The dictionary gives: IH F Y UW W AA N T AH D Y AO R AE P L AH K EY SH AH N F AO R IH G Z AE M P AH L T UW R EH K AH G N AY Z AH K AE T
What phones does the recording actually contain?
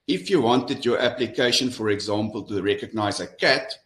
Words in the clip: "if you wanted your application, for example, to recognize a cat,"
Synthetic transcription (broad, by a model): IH F Y UW W AA N T AH D Y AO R AE P L AH K EY SH AH N F AO R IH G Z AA M P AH L T UW R EH K AH G N AY Z AH K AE T